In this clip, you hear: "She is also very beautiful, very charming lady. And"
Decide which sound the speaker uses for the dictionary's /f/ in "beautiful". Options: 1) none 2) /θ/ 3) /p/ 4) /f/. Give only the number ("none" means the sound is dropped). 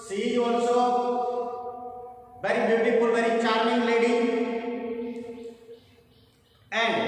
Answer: 3